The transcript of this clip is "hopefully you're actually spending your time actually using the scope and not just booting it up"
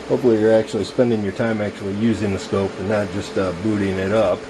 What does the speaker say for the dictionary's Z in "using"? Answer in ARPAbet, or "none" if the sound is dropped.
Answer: Z